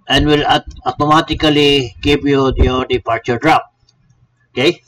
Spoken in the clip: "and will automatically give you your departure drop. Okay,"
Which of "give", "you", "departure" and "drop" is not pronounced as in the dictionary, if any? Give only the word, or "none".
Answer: give